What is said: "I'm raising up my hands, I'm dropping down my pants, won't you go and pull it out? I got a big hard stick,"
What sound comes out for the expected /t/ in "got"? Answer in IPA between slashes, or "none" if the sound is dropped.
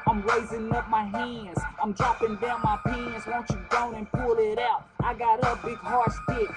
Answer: /t/